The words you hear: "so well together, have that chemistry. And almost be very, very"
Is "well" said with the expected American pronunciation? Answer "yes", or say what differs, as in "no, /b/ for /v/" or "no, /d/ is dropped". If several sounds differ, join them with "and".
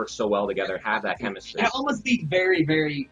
yes